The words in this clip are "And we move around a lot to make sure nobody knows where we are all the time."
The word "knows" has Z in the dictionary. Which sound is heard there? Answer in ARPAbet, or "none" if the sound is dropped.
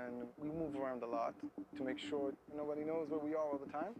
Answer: Z